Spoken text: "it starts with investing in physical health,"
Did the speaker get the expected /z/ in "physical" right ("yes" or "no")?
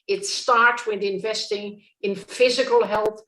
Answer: yes